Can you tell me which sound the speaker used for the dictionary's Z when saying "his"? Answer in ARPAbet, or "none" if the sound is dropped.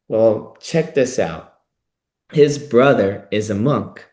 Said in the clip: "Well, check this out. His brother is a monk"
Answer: Z